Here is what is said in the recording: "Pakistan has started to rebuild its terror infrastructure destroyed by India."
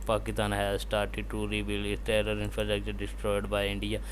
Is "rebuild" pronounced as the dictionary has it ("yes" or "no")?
no